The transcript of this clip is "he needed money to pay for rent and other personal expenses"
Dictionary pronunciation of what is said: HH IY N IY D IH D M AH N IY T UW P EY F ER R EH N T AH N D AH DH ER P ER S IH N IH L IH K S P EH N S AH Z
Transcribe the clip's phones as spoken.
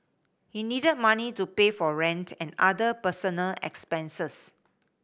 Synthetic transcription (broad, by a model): HH IY N IY D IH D M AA N IY T UW P EY F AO R EH N T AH N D AH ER P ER S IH N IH L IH K S P EH N S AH S